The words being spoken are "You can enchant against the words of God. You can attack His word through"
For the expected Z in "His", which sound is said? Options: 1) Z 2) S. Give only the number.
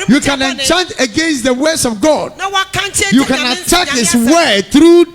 2